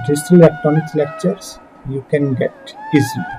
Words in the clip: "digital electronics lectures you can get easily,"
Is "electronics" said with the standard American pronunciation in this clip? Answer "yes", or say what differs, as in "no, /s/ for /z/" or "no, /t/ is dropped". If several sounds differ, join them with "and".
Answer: no, /ɹ/ is dropped